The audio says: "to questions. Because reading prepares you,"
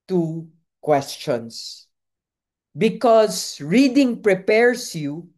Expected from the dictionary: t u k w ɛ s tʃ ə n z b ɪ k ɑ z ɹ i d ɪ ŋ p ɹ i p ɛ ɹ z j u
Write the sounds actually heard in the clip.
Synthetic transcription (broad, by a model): t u k w ɛ s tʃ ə n s b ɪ k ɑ s ɹ i d ɪ ŋ p ɹ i p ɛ ɹ s j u